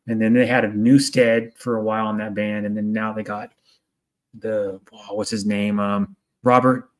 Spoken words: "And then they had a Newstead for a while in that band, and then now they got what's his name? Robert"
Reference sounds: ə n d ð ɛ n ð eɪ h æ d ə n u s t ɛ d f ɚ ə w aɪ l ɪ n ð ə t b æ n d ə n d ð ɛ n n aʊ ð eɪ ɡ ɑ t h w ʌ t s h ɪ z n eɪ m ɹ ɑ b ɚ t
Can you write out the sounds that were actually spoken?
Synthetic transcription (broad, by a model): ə n ð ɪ n ð eɪ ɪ d ə n u s t ɛ d f ɚ ə w aɪ l ɪ n ð ə t b æ n d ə n ð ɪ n n aʊ ð eɪ ɡ ɑ t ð w ʌ t s h ɪ z n eɪ m ɹ ɑ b ɚ t